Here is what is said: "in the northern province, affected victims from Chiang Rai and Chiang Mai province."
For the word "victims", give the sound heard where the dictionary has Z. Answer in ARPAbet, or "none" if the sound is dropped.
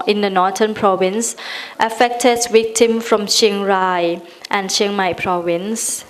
none